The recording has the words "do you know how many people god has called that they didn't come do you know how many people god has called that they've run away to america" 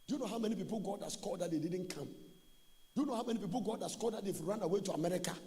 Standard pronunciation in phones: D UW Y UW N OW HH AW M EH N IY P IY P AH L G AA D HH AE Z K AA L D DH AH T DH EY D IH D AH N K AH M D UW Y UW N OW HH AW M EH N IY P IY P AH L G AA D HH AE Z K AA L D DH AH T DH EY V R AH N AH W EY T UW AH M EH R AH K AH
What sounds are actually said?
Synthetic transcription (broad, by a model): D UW Y UW N OW HH AW M EH N IY P IY P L G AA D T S K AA D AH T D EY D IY D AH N K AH M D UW Y UW N OW HH AW M EH N IY P IY P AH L G AA D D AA S K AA D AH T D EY F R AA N AH W EY T UW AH M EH R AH K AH